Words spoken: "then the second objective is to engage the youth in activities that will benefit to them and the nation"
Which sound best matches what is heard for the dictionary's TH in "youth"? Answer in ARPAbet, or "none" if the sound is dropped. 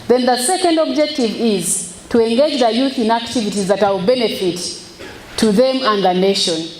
TH